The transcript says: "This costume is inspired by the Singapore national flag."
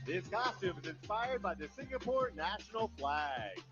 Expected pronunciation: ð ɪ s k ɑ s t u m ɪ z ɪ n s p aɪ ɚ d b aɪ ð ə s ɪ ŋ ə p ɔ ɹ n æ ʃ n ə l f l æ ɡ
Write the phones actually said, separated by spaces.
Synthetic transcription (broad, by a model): ð ɪ s k ɑ s t u m ɪ z ɪ n s p aɪ ɚ d b aɪ ð ə s ɪ ŋ ə p ɔ ɹ n æ ʃ n l f l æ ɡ